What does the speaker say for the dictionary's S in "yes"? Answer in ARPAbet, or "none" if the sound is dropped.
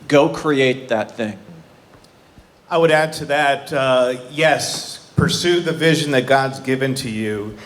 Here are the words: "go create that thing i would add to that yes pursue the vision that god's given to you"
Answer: S